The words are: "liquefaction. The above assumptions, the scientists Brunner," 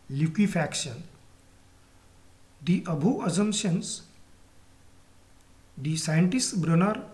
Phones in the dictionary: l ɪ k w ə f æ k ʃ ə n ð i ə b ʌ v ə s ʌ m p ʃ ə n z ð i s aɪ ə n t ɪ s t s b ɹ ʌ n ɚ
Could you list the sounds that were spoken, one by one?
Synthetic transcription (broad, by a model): l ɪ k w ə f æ k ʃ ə n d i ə b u ə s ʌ m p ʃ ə n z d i s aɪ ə n t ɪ s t b ɹ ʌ n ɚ